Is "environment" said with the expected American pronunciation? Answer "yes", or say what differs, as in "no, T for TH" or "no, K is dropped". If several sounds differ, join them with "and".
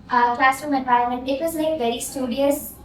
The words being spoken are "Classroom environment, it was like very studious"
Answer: no, R is dropped